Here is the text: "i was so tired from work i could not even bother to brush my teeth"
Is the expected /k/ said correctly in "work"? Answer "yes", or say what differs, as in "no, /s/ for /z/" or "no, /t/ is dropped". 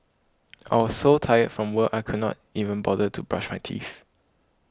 no, /k/ is dropped